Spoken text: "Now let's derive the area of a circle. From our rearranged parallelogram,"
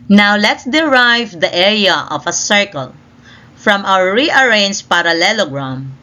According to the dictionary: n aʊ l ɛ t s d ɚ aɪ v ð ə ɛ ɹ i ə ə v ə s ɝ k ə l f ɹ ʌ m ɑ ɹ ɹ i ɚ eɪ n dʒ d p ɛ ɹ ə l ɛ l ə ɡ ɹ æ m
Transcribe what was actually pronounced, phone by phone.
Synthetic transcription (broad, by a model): n aʊ l ɛ t s d ɚ aɪ v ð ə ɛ ɹ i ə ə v ə s ɝ k ə l f ɹ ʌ m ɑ w ɹ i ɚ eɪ n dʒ p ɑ ɹ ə l ɛ l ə ɡ ɹ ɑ m